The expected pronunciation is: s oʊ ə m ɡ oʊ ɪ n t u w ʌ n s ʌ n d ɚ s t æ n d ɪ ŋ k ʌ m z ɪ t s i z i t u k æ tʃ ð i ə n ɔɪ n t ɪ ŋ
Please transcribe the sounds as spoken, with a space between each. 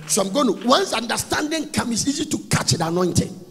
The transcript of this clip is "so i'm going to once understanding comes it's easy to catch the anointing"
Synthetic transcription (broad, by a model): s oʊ ə m ɡ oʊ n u w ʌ n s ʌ n d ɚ s t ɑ n d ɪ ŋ k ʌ m ɪ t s i z i t u k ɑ tʃ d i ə n ɔɪ n t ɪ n